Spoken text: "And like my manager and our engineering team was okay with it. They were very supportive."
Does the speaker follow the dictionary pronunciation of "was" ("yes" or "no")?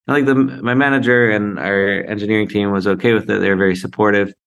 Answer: yes